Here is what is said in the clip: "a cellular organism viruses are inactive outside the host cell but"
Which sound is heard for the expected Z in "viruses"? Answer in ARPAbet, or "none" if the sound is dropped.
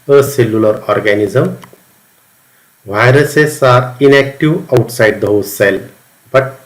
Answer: S